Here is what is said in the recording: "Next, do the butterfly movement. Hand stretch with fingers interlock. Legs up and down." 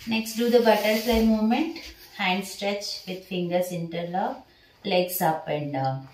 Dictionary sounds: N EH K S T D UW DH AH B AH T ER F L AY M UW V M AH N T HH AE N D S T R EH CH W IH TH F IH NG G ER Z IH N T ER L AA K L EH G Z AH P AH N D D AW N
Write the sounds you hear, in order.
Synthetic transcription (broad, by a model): N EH K S T D UW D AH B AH T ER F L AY M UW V M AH N T HH AE N D S T R EH CH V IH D F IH NG G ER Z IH N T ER L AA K L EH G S AH P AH N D D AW